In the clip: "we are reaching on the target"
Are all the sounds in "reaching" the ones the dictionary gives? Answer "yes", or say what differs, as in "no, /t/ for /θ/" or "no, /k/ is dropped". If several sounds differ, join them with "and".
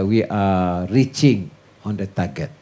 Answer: yes